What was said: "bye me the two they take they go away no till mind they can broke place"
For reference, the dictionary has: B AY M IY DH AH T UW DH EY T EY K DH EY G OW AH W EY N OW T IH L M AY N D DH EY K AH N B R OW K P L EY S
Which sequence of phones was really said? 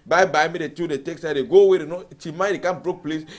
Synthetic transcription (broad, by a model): B AY M IY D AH T UW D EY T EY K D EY G OW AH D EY N OW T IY M AY D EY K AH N B R OW K P L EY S